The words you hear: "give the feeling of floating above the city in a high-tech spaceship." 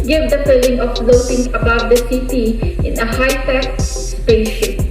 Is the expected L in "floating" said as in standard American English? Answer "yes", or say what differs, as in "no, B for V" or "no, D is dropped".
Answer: no, N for L